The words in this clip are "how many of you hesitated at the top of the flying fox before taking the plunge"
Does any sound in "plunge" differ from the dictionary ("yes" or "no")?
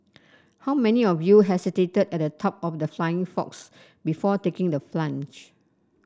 yes